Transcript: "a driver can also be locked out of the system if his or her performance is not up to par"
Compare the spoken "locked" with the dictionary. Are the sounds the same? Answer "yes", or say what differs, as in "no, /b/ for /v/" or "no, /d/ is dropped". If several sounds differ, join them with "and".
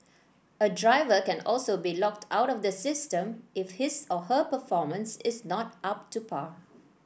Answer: yes